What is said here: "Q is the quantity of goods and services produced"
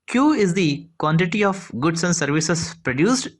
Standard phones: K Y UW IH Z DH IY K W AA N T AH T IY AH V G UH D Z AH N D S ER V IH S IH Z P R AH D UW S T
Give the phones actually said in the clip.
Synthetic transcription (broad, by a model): K Y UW IH Z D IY K W AA N T AH T IY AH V G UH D S AH N D S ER V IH S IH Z P R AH D UW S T